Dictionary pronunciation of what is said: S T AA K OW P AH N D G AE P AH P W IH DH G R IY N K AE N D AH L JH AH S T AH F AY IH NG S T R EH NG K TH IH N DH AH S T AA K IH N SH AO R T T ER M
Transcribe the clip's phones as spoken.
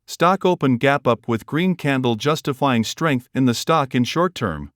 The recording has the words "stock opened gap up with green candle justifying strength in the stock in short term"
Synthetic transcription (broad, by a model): S T AA K OW P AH N G AE P AH P W IH DH G R IY N K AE N D L JH AH S T AH F AY IH NG S T R EH NG K TH IH N DH AH S T AA K IH N SH AO R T T ER M